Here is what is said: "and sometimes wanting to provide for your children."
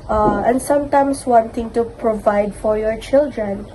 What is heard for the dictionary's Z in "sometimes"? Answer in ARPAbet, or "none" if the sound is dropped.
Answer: S